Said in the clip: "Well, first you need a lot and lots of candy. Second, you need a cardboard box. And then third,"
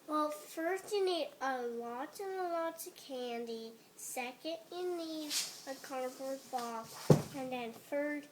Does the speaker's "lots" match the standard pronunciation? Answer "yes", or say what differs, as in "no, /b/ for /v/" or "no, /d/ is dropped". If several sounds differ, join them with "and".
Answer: no, /s/ is dropped